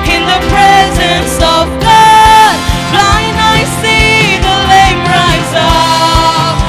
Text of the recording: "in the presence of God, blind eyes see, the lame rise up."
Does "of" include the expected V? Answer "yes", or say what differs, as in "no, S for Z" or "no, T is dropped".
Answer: yes